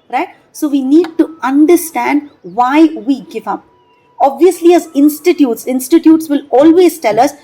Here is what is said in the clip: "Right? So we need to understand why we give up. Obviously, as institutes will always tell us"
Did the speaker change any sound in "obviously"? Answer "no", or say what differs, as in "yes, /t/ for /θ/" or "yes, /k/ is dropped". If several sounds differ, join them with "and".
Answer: no